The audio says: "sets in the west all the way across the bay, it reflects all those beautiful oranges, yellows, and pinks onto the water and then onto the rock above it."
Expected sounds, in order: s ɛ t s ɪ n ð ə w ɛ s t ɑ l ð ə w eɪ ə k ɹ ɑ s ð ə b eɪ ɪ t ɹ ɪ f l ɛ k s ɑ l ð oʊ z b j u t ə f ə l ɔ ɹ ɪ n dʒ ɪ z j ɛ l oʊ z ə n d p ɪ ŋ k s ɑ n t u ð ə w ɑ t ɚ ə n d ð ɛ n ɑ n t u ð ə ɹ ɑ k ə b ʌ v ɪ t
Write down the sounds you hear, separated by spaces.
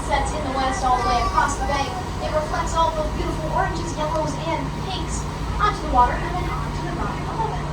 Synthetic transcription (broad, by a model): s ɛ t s ɪ n ð ə w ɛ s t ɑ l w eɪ ə k ɹ ɑ s ð ə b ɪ ɪ t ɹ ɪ f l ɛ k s ɑ l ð oʊ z b j u t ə f l ɔ ɹ ɪ n dʒ ɪ z j ɛ l oʊ z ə n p ɪ k s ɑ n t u ð ə w ɑ t ɚ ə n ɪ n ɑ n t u ð ə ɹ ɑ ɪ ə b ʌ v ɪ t